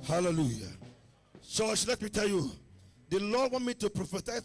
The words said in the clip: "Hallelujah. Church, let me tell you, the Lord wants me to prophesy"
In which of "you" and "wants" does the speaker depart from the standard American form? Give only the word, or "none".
wants